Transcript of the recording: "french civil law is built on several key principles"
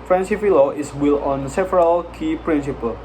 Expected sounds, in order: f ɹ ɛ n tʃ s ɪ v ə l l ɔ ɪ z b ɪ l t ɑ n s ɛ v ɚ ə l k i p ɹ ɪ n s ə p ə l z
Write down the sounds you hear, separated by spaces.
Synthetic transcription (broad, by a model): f ɹ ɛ n s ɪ f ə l l ɔ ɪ s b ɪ l ɑ n s ɛ v ɚ ə l k i p ɹ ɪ n s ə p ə l